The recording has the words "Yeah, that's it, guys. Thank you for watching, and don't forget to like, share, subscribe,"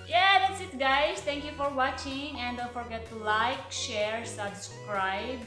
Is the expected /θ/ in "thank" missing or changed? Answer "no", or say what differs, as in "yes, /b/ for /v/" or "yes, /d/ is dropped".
yes, /t/ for /θ/